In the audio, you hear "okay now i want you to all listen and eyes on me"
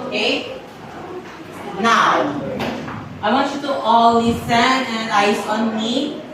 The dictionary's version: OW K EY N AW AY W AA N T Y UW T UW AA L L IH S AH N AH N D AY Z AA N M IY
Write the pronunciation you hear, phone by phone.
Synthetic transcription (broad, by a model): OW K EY N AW AY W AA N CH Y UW T UW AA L L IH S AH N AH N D AY S AA N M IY